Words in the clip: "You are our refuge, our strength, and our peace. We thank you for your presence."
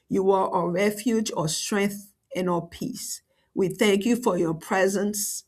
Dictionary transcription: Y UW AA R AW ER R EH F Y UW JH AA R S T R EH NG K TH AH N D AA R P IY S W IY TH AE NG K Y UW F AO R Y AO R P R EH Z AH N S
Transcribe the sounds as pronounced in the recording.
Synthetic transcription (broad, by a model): Y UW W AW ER R EH F Y UW JH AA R S T R EH NG K TH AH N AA P IY S W IY TH AE NG K Y UW F AO R Y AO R P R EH Z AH N S